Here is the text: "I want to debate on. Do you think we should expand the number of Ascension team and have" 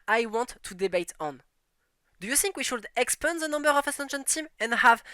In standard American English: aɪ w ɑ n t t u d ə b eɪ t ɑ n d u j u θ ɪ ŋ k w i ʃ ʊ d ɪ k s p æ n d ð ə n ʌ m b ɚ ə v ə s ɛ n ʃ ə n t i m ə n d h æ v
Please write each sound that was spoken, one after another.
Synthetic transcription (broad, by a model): aɪ w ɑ n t t u d ə b eɪ t ɑ n d u j u θ ɪ ŋ k w i ʃ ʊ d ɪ k s p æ n ð ə n ʌ m b ɚ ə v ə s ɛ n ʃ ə n t i m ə n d h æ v